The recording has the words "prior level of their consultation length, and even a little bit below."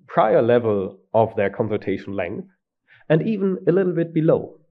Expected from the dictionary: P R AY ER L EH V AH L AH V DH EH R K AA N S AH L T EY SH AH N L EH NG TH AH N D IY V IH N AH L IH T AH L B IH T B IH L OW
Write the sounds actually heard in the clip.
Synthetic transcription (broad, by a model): P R AY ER L EH V AH L AH V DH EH R K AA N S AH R T EY SH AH N L EH NG TH AH N D IY V IH N AH L IH T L B IH T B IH L OW